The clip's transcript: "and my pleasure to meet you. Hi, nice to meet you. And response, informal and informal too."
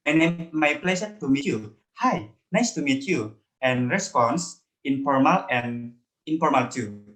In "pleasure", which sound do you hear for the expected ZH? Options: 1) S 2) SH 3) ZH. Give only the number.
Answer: 1